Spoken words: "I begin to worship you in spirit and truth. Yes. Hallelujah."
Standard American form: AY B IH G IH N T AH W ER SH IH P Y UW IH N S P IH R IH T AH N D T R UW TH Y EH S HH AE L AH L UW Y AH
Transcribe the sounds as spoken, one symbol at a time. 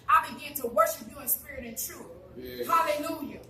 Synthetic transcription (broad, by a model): AY B IH G IH N T AH W ER SH IH P Y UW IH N S P IH R IH T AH N T R UW TH HH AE L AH L UW Y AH